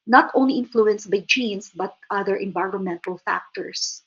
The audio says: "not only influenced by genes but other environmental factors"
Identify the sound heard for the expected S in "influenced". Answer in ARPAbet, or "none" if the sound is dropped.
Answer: S